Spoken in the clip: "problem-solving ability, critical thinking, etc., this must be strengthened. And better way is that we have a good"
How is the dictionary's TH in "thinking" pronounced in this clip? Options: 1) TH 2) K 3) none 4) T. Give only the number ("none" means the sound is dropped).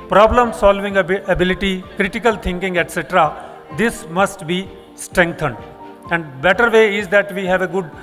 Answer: 4